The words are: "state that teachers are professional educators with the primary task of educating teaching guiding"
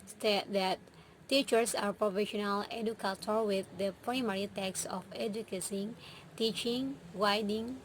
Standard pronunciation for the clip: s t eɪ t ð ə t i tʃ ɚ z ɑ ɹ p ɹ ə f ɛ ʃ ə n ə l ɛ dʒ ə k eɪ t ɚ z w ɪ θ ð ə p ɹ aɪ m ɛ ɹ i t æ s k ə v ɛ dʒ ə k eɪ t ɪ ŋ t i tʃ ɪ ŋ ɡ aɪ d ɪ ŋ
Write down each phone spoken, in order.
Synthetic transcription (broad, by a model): s t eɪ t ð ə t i tʃ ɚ s ɑ ɹ p ɹ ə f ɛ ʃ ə n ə l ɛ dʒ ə k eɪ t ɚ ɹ w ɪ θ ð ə p ɹ aɪ m ɛ ɹ i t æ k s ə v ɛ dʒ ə k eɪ s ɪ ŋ t i tʃ ɪ ŋ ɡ aɪ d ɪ ŋ